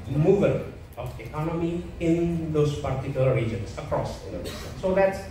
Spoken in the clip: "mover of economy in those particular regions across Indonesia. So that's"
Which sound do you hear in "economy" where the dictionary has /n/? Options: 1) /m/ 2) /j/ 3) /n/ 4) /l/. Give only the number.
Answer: 3